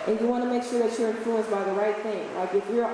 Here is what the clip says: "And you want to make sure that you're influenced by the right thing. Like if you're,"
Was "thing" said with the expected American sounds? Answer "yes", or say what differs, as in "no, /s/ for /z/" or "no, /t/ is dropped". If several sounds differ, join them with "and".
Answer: yes